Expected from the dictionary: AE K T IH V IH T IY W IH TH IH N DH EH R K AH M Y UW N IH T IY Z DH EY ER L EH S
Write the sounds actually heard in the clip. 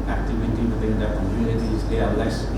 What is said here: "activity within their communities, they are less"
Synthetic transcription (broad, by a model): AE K T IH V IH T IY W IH T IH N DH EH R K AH M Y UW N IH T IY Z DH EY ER L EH S